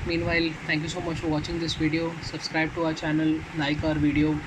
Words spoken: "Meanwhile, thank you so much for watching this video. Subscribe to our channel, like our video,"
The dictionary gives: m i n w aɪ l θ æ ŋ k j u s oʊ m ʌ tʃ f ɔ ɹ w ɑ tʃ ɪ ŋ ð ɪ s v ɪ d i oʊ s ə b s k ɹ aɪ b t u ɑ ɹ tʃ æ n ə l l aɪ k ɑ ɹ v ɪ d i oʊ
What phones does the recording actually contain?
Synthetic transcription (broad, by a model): m i n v aɪ l t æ ŋ k j u s oʊ m ʌ tʃ f ɔ ɹ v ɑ tʃ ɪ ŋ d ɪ s v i d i oʊ s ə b s k ɹ aɪ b t u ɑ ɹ tʃ æ n ə l n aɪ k ɑ ɹ v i d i oʊ